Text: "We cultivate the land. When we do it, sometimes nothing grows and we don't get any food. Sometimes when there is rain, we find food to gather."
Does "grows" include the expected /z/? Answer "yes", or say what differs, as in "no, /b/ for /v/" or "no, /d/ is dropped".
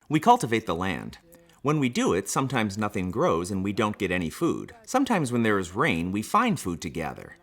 yes